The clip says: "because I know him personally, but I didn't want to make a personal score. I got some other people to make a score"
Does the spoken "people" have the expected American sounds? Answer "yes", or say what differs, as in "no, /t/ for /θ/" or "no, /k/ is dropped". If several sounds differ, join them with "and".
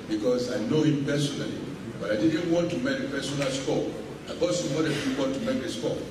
no, /n/ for /l/